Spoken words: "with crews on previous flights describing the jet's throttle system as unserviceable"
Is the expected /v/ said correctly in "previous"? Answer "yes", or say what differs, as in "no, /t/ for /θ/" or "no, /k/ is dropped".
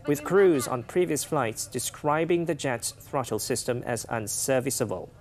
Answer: yes